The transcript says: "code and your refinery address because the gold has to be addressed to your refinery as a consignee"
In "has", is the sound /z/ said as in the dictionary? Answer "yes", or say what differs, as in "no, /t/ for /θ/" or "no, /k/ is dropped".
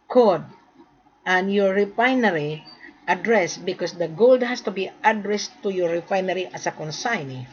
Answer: no, /s/ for /z/